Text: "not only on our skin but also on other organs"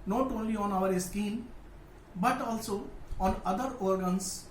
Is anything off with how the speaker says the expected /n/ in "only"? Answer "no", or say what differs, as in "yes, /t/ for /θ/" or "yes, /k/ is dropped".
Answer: no